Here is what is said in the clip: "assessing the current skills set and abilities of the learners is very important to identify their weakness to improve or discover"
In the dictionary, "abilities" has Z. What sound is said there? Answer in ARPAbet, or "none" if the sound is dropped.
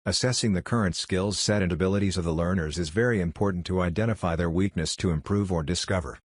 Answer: Z